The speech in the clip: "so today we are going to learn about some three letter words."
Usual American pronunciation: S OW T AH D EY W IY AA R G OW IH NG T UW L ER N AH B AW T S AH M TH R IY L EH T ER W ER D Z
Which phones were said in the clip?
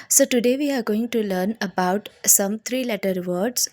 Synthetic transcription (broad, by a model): S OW T AH D EY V IY AA R G OW IH NG T UW L ER N AH B AW T S AH M T R IY L EH T ER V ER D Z